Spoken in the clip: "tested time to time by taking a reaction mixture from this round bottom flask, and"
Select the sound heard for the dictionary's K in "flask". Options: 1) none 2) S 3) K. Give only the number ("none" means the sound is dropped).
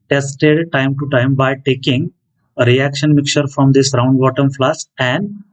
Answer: 1